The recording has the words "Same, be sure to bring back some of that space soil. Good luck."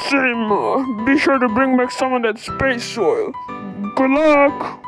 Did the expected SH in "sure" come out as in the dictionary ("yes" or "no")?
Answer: yes